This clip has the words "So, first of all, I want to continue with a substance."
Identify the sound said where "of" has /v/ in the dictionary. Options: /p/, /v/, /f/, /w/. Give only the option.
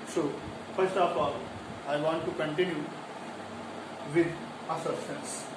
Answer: /p/